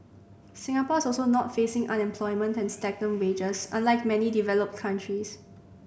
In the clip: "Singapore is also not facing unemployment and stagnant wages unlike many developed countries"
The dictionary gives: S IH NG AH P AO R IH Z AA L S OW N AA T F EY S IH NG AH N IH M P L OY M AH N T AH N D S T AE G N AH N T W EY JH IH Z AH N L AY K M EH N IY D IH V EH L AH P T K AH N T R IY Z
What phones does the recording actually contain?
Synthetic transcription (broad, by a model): S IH NG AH P AO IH S AA L S OW N AA T F EY S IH NG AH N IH M P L OY M AH N T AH N S T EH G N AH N W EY JH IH S AH N L AY K M EH N IY D IH V EH L AH P T K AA N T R IY S